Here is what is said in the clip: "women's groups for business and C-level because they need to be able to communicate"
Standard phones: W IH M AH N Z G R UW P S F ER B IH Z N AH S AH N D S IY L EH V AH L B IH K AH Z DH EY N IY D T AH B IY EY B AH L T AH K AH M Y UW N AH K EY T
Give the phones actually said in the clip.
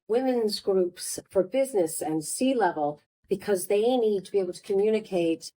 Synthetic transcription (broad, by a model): W IH M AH N Z G R UW P S F ER B IH Z N AH S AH N S IY L EH V AH L B IH K AH Z DH EY N IY D T AH B IY EY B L T AH K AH M Y UW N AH K EY T